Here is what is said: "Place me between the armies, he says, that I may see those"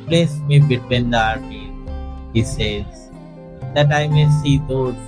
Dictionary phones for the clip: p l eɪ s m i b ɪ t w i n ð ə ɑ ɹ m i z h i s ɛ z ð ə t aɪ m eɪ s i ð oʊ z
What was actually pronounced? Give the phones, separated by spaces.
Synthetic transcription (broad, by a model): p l eɪ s m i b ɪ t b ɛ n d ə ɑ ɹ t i h i s ɛ z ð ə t aɪ m eɪ s i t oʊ